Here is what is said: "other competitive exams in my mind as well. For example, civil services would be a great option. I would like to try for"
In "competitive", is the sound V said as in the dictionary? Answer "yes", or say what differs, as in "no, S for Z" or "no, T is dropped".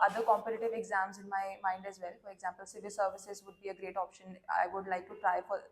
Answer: yes